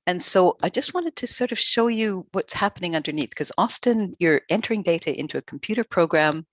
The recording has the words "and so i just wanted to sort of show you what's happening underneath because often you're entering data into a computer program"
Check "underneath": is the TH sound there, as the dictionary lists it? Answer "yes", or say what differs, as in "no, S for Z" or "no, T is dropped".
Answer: yes